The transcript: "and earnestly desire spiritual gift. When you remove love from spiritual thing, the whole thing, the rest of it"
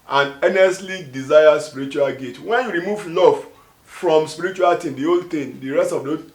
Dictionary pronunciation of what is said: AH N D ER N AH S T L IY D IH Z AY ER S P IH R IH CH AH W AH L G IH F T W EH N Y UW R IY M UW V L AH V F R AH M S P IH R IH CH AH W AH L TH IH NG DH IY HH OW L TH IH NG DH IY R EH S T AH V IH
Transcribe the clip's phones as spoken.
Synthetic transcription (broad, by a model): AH N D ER N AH S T L IY D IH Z AY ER S P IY R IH CH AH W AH L G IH T W EH N Y UW R IY M UW V L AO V F R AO M S P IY R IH CH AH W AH L T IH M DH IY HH OW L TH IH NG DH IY R EH S T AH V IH